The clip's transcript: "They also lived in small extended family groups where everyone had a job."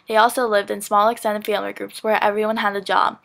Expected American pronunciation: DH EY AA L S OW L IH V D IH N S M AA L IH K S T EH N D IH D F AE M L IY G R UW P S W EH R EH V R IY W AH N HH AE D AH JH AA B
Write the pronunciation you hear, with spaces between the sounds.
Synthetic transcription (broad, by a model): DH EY AA L S OW L IH V D IH N S M AA L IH K S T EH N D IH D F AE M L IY G R UW P S W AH R EH V R IY W AH N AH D AH JH AA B